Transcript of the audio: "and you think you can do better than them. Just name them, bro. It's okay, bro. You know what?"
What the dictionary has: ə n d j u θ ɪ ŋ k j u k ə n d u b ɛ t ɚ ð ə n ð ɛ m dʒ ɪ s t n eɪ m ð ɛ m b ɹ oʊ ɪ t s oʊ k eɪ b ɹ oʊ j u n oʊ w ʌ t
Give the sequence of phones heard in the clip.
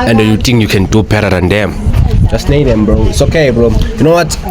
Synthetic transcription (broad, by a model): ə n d j u t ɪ ŋ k j u k ə n d u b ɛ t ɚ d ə n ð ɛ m dʒ ɪ s t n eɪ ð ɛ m b ɹ oʊ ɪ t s oʊ k eɪ b ɹ oʊ j u n oʊ w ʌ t